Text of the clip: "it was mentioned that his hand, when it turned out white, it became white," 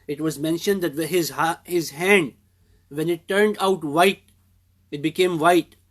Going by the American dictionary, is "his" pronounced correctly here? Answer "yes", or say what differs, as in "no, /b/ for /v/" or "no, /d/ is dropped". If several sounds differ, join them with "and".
yes